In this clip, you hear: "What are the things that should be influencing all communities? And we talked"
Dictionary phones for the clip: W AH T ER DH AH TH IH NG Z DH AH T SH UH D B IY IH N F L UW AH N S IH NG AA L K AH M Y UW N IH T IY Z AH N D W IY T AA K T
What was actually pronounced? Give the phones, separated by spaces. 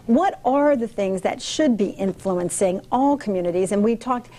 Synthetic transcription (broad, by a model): W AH T ER DH AH TH IH NG Z DH AH T SH UH D B IY IH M F L UW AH N S IH NG AA L K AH M Y UW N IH T IY Z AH N W IY T AA K T